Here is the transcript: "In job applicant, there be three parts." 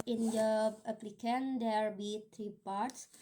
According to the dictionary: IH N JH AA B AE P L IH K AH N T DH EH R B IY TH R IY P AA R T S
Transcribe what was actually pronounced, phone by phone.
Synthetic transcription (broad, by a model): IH N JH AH AH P L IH K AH N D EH R B IY T R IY P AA R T S